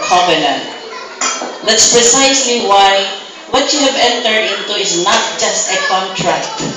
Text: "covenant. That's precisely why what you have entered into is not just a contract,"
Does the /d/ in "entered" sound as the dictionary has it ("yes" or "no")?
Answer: yes